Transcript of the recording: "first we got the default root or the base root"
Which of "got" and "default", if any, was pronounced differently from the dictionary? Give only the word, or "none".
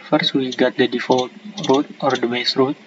none